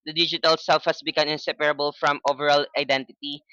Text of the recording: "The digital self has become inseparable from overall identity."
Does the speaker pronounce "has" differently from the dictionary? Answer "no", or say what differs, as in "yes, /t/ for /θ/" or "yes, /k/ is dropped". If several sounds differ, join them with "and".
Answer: yes, /s/ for /z/